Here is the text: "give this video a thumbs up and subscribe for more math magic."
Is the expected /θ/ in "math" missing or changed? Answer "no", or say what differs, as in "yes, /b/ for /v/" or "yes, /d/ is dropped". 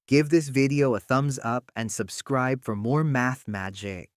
no